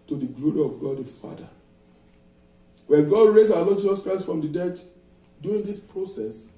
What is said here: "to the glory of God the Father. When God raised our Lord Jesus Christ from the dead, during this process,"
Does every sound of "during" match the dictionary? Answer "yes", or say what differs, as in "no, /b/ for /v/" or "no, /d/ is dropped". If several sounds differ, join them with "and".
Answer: no, /ɹ/ is dropped